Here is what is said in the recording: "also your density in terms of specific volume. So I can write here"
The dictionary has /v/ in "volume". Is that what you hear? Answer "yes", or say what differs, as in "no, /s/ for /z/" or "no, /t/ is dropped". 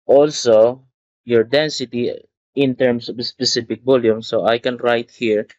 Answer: no, /b/ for /v/